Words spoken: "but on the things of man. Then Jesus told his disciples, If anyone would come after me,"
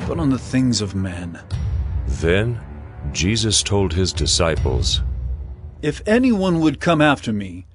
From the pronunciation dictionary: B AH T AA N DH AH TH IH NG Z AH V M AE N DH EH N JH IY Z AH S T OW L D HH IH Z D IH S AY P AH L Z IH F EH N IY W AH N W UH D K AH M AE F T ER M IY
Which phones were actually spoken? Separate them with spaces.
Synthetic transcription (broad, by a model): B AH T N DH AH TH IH NG Z AH V M AE N DH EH N JH IY Z AH S T OW L D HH IH Z D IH S AY P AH L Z IH F EH N IY W AH N W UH D K AH M AE F T ER M IY